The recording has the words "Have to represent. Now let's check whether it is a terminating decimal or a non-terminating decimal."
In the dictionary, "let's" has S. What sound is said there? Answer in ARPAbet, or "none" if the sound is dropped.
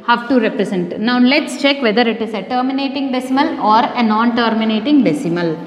S